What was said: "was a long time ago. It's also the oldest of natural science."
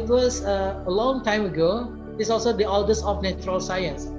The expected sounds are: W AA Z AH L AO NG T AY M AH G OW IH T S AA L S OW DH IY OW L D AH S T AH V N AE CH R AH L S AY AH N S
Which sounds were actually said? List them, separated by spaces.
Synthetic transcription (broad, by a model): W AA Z AH L AO NG T AY M AH G OW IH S AA L S OW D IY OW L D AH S AH F N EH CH R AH L S AY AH N S